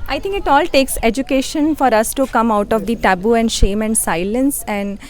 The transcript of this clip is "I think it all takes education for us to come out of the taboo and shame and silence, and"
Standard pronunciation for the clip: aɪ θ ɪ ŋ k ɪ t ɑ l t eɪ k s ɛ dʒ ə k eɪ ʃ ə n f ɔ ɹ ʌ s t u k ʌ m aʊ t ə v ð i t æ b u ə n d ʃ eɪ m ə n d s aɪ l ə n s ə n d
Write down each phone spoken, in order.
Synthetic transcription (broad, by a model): aɪ t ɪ ŋ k ɪ t ɑ l t eɪ k s ɛ dʒ ə k eɪ ʃ ə n f ɔ ɹ ʌ s t u k ʌ m aʊ t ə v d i t æ b u ə n d ʃ eɪ m ə n d s aɪ l ə n s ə n d